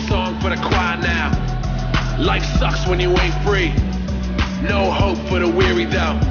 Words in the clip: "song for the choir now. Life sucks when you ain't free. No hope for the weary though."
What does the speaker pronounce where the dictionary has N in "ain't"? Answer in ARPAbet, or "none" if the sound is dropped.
none